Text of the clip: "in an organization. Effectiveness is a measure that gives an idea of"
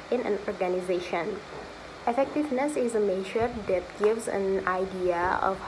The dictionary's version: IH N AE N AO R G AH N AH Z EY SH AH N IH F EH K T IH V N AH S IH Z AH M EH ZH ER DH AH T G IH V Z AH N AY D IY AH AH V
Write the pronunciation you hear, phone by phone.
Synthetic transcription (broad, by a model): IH N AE N AO R G AH N AH Z EY SH AH N IH F EH K T IH V N AH S IH Z AH M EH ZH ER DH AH T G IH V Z AH N AY D IY AH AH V